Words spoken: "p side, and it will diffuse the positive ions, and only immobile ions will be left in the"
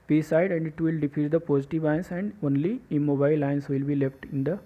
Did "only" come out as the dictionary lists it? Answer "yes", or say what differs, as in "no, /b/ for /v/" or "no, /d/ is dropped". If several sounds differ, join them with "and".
yes